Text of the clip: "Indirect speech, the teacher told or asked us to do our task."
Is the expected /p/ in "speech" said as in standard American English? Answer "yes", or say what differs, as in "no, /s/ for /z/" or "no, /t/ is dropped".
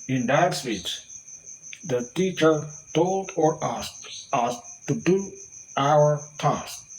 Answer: no, /f/ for /p/